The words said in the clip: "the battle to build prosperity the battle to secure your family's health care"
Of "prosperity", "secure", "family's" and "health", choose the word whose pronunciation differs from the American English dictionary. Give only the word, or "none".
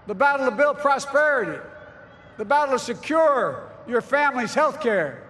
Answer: none